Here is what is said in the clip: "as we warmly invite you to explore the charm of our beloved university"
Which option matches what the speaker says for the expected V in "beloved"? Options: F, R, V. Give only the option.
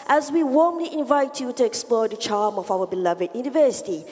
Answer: V